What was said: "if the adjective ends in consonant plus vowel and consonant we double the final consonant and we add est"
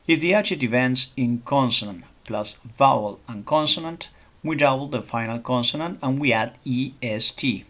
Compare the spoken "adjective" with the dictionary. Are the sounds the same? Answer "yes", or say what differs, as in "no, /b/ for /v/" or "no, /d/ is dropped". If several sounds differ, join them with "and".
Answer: no, /tʃ/ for /dʒ/ and /k/ is dropped